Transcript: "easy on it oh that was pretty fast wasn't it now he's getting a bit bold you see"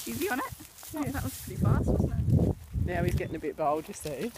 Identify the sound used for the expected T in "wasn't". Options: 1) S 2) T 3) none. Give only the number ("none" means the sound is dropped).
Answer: 3